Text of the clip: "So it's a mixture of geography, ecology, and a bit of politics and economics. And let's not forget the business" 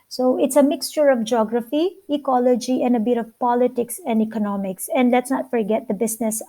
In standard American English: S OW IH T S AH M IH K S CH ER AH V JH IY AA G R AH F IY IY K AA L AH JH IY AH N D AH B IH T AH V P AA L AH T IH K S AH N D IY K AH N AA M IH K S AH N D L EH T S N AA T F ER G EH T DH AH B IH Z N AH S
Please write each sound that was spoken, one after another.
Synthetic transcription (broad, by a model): S OW IH T S AH M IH K S CH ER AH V JH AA G R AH F IY IY K AA L AH JH IY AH N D AH B IH T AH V P AA L AH T IH K S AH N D IY K AH N AA M IH K S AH N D L EH T S N AA T F ER G EH T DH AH B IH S N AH S